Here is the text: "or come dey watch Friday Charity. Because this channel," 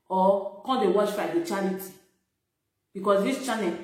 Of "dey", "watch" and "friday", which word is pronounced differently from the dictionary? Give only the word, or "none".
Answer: friday